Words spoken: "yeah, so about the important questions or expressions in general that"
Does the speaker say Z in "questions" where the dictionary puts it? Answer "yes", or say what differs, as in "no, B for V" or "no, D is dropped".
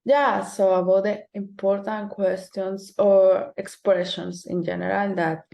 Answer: no, S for Z